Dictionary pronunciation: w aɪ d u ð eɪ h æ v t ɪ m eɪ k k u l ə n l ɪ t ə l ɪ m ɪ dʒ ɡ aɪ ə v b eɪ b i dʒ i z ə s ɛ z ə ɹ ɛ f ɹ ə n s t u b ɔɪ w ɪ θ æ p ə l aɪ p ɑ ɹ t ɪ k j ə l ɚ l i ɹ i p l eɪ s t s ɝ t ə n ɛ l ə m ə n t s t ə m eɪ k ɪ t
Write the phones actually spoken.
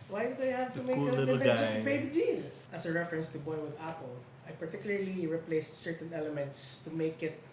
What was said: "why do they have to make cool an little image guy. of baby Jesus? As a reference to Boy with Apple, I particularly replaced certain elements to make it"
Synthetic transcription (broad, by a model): w aɪ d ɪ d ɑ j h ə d t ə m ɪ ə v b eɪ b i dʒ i s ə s ə ɹ ɛ f ɹ ə n s t u b ɔɪ w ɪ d æ p ə l aɪ p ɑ ɹ t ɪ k j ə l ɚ l i ɹ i p l eɪ s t s ɝ t ə n ɛ l ə m ə n t s t ə m eɪ k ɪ t